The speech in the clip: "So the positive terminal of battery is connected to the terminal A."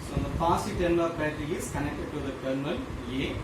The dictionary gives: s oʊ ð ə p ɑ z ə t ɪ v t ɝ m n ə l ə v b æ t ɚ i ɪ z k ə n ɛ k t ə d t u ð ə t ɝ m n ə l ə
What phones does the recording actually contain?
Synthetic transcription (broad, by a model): s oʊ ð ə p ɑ s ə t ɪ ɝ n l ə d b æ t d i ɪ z k ə n ɛ k t ə d t u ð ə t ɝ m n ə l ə